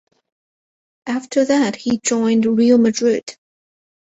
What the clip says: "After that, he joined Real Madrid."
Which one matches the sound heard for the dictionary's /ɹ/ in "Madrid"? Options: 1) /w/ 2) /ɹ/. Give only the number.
2